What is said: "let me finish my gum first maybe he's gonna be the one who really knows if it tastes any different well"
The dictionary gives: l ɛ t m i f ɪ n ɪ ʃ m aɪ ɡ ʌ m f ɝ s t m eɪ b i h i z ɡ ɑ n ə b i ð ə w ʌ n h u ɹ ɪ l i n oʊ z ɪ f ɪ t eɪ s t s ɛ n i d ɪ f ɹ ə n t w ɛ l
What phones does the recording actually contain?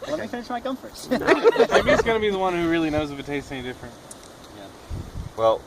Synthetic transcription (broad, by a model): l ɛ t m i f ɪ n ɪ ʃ m aɪ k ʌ m f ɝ t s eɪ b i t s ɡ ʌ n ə b i ð ə w ʌ n h u ɹ ɪ l i n oʊ z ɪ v ɪ t eɪ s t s ɛ n i d ɪ f ɹ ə n t w ɛ l